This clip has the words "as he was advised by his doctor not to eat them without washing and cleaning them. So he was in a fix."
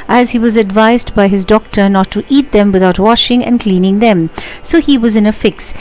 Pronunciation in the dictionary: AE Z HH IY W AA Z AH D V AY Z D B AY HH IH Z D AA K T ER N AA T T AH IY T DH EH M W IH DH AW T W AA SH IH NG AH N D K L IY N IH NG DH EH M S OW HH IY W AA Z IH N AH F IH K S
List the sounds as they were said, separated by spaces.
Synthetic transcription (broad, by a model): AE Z HH IY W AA Z AH D V AY Z D B AY HH IH Z D AA K T ER N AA T T IY T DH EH M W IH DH AW T W AA SH IH NG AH N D K L IY N IH NG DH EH M S OW HH IY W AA Z IH N AH F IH K S